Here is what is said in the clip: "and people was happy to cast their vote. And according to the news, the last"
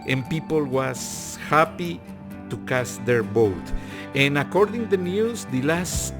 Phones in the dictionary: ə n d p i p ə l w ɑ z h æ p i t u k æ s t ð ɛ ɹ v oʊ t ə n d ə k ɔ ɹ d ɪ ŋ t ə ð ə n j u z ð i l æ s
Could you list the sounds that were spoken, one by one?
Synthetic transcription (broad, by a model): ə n p i p ə l w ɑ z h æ p i t u k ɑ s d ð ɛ ɹ b oʊ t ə n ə k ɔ ɹ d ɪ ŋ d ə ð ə n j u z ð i l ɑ s